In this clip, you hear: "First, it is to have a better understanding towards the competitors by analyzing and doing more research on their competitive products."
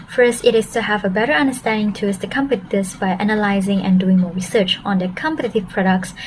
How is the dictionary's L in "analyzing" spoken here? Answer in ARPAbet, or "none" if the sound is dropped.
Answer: L